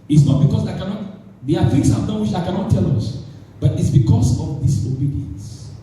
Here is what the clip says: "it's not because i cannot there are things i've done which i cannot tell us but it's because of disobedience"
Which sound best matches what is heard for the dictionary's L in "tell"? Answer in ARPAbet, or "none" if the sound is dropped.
L